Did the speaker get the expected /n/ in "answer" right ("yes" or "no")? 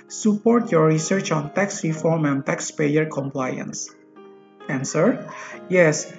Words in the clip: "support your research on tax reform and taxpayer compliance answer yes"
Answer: yes